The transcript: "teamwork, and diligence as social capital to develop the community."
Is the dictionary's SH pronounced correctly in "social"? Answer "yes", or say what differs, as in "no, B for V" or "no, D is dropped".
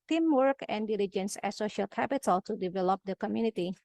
yes